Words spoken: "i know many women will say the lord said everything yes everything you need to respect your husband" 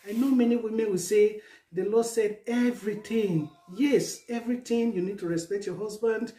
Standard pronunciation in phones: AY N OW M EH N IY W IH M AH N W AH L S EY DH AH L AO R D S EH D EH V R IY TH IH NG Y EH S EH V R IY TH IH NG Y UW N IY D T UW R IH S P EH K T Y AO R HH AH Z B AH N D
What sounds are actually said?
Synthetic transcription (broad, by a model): AY N OW M EH N IY W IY M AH N W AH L S EY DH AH L AO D S EH D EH V R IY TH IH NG Y EH S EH V R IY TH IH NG Y UW N IY D T UW R IH S P EH K T Y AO HH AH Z B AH N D